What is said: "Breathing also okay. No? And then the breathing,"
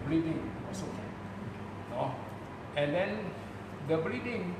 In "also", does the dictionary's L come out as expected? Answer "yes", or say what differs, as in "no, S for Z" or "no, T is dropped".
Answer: no, L is dropped